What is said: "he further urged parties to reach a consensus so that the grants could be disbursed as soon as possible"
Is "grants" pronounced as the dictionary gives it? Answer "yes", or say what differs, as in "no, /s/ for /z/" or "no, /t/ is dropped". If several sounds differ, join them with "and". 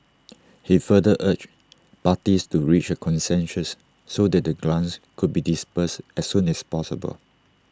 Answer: no, /l/ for /ɹ/